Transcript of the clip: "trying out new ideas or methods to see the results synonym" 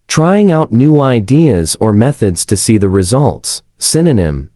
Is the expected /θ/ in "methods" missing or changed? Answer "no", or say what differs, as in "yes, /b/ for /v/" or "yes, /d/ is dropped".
no